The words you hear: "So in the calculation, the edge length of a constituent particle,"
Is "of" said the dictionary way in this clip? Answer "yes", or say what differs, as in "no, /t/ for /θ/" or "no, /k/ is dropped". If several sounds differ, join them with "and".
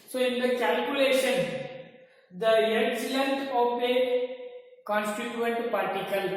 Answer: no, /p/ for /v/